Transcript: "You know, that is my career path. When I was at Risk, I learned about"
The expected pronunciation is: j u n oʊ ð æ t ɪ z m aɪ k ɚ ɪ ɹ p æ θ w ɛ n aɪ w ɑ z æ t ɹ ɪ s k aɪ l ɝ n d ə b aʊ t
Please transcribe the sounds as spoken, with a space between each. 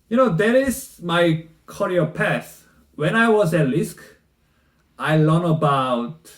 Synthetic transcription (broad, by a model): j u n oʊ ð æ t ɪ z m aɪ k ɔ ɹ p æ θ w ɛ n aɪ w ɑ z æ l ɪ s k aɪ l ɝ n ə b aʊ t